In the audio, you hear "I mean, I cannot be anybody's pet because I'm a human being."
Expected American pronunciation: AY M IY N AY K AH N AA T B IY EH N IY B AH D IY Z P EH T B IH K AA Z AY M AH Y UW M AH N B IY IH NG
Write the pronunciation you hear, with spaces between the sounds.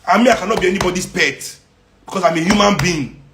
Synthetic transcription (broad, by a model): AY M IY AY K AH N AA T B IY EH N IY B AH D IY S P EH T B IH K AA S AY M AH Y UW M AH N B IY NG